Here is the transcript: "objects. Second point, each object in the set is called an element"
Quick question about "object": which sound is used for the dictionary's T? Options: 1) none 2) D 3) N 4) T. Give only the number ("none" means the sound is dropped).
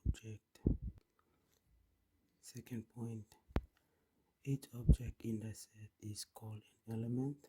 4